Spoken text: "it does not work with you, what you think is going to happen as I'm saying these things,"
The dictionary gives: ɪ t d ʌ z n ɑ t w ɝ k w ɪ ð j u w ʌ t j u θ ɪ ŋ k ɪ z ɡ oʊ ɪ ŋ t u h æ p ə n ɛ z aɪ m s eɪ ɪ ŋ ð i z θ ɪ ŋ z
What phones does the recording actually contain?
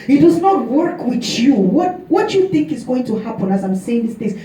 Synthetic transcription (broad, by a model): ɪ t d ʌ z n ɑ t w ɝ k w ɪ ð j u w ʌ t j u θ ɪ ŋ k ɪ z ɡ oʊ ɪ ŋ t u h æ p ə n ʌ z aɪ m s eɪ ɪ ŋ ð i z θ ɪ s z